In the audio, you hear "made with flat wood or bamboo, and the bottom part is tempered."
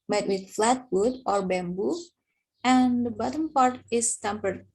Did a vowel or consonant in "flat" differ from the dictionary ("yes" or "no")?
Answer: no